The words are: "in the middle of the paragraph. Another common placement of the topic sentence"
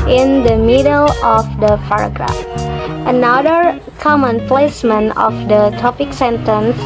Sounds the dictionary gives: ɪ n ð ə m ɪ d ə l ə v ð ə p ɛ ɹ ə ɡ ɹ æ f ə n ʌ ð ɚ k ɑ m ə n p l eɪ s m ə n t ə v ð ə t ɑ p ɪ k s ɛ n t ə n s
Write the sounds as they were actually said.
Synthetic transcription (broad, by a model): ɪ n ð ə m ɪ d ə l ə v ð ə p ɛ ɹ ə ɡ ɹ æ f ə n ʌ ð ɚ k ɑ m ə n p l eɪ s m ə n ə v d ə t ɑ p ɪ k s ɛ n t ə n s